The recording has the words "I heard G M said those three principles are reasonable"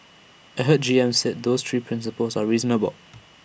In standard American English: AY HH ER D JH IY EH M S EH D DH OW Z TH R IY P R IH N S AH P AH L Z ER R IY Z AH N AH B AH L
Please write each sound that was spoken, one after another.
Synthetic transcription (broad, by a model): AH HH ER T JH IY EH M S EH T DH OW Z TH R IY P R IH N S AH P AH L Z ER R IY Z AH N AH B AH L